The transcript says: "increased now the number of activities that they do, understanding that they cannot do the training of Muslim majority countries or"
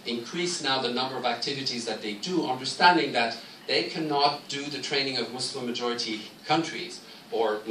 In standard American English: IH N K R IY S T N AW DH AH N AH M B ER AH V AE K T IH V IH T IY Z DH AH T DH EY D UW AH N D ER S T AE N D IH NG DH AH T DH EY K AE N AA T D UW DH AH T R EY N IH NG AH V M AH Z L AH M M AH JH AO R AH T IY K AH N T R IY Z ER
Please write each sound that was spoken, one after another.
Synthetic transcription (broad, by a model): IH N K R IY S N AW DH AH N AH M B ER AH V AE K T IH V IH T IY Z DH AH T DH EY D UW AH N D ER S T AE N D IH NG DH AH T DH EY K AE N AA T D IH DH AH T R EY N IH NG AH V M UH S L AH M M AH JH AO R AH T IY K AH N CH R IY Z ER